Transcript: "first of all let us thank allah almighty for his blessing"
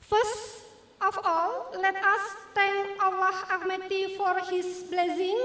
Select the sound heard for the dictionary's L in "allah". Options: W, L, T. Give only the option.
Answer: W